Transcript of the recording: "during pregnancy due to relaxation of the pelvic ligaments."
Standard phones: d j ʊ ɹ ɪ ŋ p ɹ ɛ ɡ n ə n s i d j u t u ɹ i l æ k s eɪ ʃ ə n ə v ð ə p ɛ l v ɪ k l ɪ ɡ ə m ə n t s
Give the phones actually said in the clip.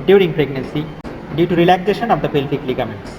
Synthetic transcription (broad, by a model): d j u ɹ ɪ ŋ p ɹ ɛ ɡ n ə n s i d j u t u ɹ i l æ k s eɪ ʃ ə n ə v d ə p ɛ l f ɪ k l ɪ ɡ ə m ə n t s